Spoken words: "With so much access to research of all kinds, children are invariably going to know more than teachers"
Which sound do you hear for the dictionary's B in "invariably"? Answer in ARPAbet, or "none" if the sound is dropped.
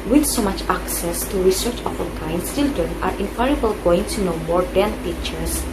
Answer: none